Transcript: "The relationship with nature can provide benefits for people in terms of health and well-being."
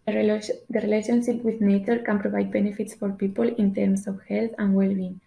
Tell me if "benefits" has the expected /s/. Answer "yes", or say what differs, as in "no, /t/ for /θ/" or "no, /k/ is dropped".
yes